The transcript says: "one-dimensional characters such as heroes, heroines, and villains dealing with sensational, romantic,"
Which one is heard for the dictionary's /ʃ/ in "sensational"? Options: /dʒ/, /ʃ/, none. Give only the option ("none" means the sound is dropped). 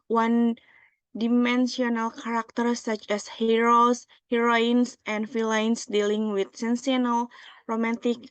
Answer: none